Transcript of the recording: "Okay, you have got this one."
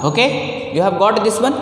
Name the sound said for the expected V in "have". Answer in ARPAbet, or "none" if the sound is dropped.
B